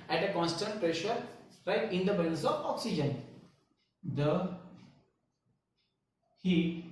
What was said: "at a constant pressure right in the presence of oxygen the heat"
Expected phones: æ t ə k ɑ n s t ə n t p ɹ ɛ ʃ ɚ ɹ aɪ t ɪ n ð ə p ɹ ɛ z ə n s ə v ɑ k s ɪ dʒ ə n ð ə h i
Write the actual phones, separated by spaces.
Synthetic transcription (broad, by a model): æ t ə k ɑ n s t ə n t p ɹ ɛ ʃ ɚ ɹ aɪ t ɪ n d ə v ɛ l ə s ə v ɑ k s ɪ dʒ ə n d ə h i